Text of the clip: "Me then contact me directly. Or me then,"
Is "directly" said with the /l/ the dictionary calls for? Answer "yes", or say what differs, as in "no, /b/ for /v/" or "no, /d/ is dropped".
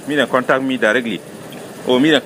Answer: yes